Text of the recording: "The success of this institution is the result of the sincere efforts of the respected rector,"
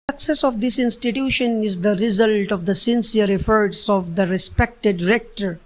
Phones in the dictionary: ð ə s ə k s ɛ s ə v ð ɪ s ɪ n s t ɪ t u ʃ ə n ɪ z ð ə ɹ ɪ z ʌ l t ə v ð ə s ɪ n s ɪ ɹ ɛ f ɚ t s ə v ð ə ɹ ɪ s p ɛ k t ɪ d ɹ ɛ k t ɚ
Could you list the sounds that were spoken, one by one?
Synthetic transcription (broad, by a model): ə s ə k s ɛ s ə v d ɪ s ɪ n s t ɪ t u ʃ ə n ɪ z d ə ɹ ɪ z ʌ l t ə v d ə s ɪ n s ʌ ɹ ɛ f ɚ t s ə v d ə ɹ ɪ s p ɛ k t ɪ d ɹ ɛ k t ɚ